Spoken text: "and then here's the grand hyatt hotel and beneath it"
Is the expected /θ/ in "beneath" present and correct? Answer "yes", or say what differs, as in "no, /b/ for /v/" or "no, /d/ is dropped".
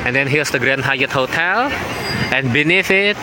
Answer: no, /f/ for /θ/